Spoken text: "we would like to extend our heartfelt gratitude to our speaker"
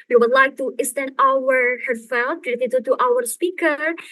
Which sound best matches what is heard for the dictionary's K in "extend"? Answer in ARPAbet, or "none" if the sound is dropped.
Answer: none